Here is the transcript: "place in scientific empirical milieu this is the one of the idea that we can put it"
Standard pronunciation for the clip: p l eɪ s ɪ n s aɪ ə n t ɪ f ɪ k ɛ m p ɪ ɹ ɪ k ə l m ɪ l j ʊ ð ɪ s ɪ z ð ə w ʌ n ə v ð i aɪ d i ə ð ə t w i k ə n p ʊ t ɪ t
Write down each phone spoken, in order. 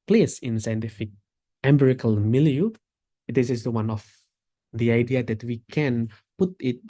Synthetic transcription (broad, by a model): p l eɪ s ɪ n s aɪ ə n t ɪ f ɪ k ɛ m b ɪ ɹ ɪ k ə l m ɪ l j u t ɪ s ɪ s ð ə w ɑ n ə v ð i aɪ d i ə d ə t w i k ə n p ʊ t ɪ t